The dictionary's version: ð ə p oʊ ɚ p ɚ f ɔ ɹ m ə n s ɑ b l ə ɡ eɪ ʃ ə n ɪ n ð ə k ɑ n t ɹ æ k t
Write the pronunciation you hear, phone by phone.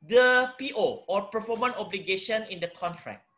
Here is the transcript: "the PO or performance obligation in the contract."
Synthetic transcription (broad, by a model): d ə p oʊ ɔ p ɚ f ɔ m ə n ɑ b l ə ɡ eɪ ʃ ə n ɪ n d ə k ɑ n t ɹ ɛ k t